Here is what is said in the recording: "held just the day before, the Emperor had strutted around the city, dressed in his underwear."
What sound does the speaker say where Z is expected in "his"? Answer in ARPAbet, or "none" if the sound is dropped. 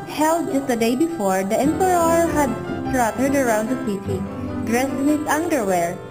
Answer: S